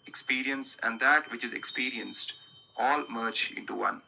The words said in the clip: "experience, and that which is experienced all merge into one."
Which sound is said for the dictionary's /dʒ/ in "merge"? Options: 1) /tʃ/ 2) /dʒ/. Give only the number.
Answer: 1